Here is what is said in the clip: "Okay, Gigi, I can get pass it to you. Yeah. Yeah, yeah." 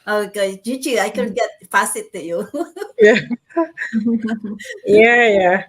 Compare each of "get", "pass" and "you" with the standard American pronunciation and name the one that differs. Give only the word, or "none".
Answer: pass